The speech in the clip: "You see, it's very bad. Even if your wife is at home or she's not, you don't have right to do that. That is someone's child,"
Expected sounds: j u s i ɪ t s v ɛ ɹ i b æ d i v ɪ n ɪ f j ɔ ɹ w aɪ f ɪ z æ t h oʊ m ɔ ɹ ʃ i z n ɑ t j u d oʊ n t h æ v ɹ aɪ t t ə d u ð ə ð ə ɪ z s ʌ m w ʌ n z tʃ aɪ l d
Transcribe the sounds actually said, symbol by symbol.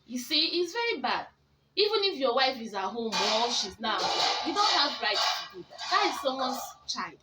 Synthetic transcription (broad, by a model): j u s i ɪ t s v ɛ ɹ i b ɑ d i v ɪ n ɪ f j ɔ w aɪ f ɪ z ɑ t h oʊ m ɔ l ʃ i z n ɑ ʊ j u d oʊ n t h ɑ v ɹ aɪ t t ə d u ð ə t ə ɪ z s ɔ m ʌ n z tʃ aɪ l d